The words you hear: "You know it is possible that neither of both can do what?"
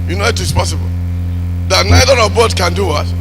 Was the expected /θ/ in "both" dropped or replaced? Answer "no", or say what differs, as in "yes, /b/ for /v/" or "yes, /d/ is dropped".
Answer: yes, /t/ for /θ/